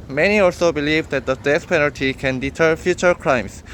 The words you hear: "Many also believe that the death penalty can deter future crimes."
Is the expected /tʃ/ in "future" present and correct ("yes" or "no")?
yes